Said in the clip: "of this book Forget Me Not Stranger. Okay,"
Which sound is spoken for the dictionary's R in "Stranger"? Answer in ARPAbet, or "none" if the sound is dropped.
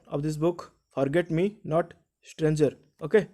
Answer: R